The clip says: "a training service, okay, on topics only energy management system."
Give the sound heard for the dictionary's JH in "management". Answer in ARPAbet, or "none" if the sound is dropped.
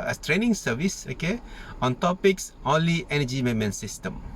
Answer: none